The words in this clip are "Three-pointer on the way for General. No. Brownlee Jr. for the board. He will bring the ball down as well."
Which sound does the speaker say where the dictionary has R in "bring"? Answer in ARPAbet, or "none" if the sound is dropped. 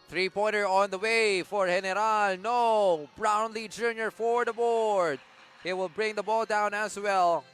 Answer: R